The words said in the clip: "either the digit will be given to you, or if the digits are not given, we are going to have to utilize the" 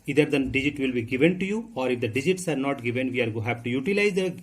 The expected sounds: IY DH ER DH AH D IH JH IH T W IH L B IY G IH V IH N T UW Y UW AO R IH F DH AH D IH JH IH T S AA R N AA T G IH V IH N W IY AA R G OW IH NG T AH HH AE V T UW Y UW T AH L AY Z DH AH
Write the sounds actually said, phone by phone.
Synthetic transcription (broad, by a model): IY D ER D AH D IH JH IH T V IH L B IY G IH V IH N T UW Y UW AO R IH F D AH D IH JH IH T S AA R N AA T G IH V IH N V IY AA R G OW HH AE P T UW Y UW T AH L AY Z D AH